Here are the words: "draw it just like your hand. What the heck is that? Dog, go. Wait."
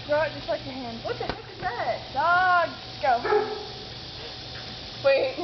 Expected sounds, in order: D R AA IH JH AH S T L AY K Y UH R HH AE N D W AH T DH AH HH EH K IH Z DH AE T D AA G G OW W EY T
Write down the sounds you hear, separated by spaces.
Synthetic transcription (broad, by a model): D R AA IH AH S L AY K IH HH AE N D W AH T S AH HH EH IH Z DH AE T D AA G G OW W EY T